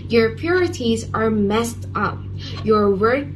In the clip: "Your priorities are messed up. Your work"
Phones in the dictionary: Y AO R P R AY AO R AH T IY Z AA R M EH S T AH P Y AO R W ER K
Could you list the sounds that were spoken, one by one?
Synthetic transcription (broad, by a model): Y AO R P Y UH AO R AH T IY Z AA R M EH S T AH P Y AO R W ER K